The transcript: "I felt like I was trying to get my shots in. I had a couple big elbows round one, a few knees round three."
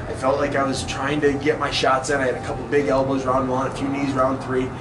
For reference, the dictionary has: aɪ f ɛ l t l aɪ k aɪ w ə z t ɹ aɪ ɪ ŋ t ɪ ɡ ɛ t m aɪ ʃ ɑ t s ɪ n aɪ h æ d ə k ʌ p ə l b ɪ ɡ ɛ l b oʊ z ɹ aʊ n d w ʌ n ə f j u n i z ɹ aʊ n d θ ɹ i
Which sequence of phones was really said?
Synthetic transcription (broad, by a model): aɪ f ɛ l t l aɪ k aɪ w ə z t ɹ aɪ ɪ ŋ t ɪ ɡ ɛ t m aɪ ʃ ɑ t s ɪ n aɪ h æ d ə k ʌ p l b ɪ ɡ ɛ l b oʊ z ɹ aʊ n d w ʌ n ə f j u n i z ɹ aʊ n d θ ɹ i